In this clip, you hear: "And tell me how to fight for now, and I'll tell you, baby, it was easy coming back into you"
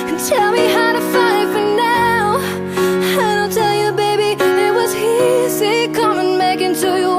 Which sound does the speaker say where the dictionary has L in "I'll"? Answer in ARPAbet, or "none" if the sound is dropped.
N